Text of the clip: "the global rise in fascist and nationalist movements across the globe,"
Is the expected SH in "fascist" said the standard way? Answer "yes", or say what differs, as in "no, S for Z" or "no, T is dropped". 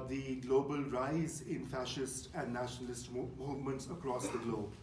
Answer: yes